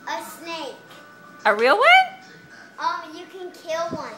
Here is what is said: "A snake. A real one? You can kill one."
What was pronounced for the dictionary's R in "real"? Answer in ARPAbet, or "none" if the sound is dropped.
R